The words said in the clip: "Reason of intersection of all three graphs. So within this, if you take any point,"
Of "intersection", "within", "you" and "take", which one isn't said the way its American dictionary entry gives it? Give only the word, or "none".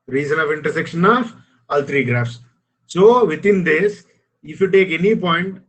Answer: within